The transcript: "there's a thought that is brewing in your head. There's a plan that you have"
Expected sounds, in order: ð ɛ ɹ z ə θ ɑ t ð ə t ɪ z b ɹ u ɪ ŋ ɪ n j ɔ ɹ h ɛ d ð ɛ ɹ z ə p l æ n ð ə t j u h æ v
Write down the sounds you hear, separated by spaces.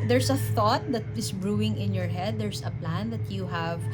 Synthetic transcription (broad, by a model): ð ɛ ɹ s ə θ ɑ t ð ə t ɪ s b ɹ u ɪ ŋ ɪ n j ɔ ɹ h ɛ d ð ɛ ɹ s ə p l æ n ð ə t j u h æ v